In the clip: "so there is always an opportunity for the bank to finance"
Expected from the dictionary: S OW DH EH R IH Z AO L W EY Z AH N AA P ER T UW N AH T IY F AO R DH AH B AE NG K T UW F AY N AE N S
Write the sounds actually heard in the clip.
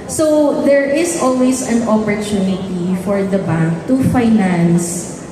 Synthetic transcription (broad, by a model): S OW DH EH R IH S AO L W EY S AH N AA P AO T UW N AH T IY F AO R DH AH B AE NG K T UW F AY N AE N S